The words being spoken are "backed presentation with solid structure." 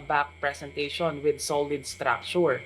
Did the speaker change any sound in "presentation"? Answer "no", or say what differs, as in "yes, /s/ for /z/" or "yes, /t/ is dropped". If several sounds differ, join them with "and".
yes, /s/ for /z/